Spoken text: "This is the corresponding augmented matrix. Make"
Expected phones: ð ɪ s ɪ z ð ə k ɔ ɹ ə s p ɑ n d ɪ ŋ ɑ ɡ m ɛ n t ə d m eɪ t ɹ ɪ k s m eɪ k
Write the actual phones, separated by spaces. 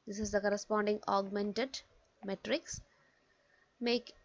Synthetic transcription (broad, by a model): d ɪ s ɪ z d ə k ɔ ɹ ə s p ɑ n d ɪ ŋ ɑ ɡ m ɛ n t ə d m eɪ t ɹ ɪ k s m eɪ k